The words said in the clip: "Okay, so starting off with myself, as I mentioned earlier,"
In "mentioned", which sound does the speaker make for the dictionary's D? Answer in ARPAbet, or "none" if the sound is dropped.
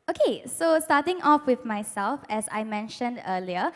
D